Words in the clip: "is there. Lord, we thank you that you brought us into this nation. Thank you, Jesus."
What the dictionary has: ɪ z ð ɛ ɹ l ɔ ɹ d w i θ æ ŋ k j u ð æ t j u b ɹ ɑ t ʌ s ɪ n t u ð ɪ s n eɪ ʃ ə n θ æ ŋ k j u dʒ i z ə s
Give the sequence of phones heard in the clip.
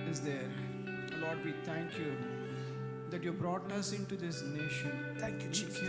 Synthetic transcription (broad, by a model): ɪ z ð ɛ ɹ l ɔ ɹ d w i t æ ŋ k j u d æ t j u b ɹ ɑ t ʌ s ɪ n t u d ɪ s n eɪ ʃ ə n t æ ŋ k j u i